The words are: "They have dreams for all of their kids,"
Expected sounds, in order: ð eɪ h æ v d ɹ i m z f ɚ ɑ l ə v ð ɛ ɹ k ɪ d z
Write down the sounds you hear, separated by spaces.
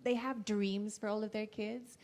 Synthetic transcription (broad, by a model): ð eɪ h æ v d ɹ i m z f ɚ ɑ l ə v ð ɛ ɹ k ɪ d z